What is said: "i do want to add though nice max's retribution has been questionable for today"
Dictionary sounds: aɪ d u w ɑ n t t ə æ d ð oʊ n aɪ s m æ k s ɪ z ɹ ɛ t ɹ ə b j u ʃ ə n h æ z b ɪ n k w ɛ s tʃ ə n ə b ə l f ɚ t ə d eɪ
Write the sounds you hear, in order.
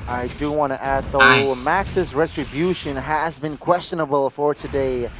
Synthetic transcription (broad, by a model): aɪ d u w ɑ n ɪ t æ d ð oʊ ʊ m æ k s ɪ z ɹ ɛ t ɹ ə b j u ʃ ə n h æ z b ɪ n k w ɛ s tʃ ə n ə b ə l f ɚ t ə d eɪ